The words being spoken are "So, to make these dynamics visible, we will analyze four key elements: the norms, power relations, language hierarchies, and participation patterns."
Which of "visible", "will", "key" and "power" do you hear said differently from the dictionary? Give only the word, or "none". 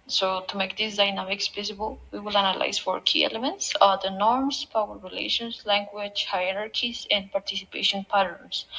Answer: visible